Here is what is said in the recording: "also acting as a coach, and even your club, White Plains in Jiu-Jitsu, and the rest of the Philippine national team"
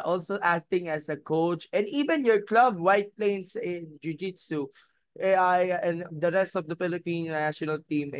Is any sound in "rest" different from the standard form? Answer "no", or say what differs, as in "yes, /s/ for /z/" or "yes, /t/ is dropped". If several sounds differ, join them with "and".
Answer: no